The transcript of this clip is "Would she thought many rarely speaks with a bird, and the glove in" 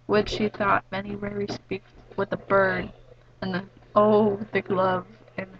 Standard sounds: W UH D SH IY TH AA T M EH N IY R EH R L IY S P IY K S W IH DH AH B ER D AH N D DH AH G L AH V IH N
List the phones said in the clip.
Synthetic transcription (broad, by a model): W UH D SH IY TH AA T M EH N IY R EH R IY S P IY K W IH DH AH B ER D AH N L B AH G L AH V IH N